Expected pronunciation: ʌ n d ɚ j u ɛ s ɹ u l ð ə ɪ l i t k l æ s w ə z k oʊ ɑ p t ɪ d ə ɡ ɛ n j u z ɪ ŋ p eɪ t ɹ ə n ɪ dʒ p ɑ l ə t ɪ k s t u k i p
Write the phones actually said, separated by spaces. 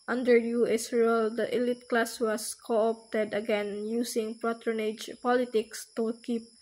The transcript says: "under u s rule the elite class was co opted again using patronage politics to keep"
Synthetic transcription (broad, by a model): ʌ n d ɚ j u ɛ s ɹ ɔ l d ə ɪ l i t k l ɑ s w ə s k oʊ ɑ p t ɪ d ə ɡ ɛ n j u s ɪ ŋ p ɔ t ɹ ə n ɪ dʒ p ɑ l ə t ɪ k s t u k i p